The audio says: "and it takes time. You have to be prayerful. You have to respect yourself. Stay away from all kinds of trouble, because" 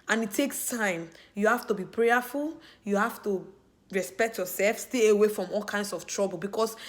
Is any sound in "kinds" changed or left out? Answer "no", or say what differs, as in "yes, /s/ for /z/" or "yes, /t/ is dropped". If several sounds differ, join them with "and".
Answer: yes, /s/ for /z/